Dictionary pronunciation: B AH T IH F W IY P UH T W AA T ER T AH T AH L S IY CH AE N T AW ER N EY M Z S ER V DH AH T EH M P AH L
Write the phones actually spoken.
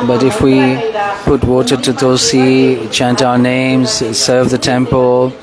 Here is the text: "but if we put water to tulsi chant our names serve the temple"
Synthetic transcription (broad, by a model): B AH T IH F W IY P UH T W AA T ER T AH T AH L S IY CH AE N T AW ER N EY M Z S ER V DH AH T EH M P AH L